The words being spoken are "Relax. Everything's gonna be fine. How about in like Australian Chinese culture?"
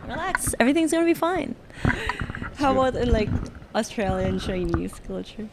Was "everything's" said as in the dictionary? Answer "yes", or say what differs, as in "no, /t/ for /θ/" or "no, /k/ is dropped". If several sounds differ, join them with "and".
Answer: yes